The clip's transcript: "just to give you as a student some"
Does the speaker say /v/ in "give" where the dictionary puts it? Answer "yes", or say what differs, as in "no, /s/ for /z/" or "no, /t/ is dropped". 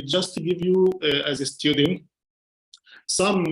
yes